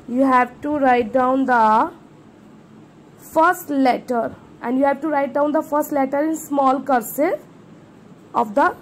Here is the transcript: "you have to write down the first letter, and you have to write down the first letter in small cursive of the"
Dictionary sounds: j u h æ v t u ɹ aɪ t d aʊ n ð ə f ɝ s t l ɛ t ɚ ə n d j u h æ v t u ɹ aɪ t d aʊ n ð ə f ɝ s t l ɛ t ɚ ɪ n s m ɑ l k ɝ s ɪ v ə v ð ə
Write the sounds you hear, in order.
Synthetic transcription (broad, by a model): j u h æ v t u ɹ aɪ t d aʊ n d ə f ɝ s t l ɛ t ɚ ə n d j u h æ v t u ɹ aɪ t d aʊ n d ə f ɝ s t l ɛ t ɚ ɪ n s m ɑ l k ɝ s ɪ ə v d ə